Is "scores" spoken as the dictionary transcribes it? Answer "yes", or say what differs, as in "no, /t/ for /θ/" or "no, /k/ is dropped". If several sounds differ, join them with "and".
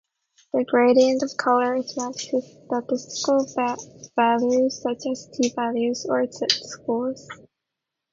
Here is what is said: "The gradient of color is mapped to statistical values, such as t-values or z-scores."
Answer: no, /l/ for /ɹ/